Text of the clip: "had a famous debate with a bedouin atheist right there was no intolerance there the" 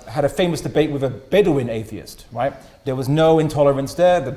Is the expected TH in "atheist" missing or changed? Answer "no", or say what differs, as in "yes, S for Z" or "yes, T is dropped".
no